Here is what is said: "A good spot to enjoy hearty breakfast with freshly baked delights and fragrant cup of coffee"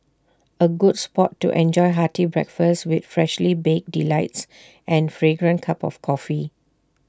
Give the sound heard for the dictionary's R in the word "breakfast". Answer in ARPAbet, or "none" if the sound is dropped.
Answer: R